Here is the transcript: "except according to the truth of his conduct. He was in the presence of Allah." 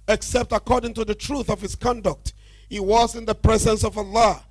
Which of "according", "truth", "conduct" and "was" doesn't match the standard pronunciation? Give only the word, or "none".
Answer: none